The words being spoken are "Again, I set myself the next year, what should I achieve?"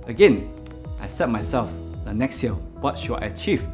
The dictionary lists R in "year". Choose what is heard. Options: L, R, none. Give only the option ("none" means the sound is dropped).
L